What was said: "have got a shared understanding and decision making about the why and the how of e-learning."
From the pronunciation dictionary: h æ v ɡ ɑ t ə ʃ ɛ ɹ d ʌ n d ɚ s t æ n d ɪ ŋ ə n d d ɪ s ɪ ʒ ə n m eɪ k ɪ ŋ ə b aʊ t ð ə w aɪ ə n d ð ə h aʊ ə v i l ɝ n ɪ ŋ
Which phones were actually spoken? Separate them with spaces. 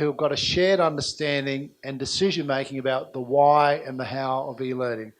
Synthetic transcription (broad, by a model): h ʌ v ɡ ɑ t ə ʃ ɛ ɹ d ʌ n d ɚ s t æ n d ɪ ŋ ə n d d ɪ s ɪ ʒ ə n m eɪ k ɪ ŋ ə b aʊ t ð ə w aɪ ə n ð ə h aʊ ə v i l ɝ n ɪ ŋ